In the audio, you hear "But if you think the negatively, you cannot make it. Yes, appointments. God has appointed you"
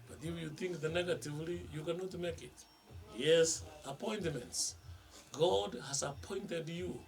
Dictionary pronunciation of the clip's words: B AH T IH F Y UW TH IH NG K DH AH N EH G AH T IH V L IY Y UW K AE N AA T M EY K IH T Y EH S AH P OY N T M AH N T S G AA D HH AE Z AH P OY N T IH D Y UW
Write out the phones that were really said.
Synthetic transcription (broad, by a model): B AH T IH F Y UW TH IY NG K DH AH N EH G AH T IH V L IY Y UW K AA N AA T M EY K IH T Y EH S AH P OY N T M AH N T S G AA D HH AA S AH P OY N T IH D Y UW